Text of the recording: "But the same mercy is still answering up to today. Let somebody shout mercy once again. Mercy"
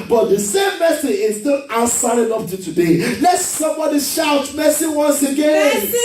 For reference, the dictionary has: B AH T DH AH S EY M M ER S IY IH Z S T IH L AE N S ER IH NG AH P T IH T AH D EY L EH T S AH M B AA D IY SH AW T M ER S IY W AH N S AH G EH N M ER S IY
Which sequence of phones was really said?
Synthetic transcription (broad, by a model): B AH T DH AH S EY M M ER S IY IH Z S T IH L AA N S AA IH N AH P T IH T AH D EY L EH T S AH M B AA D IY SH AW T M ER S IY W AH N S AH G EH N